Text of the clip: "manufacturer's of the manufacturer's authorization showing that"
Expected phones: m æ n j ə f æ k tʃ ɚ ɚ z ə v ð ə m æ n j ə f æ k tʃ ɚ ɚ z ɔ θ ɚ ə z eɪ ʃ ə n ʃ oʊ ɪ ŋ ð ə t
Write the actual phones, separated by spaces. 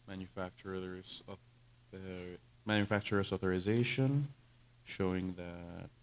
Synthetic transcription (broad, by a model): m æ n j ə f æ k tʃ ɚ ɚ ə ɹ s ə m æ n j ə f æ k tʃ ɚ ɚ s ɔ θ ɚ ə z eɪ ʃ ə n ʃ oʊ ɪ ŋ ð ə t